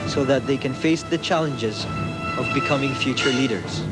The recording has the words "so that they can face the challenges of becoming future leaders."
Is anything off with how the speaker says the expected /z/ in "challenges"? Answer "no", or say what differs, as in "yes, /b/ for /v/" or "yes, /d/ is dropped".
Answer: no